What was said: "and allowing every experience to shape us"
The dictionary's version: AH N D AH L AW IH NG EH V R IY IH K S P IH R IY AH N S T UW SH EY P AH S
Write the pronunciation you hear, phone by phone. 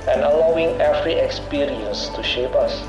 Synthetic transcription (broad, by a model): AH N AH L AW IH NG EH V R IY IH K S P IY R IY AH N S T UW SH EY P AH S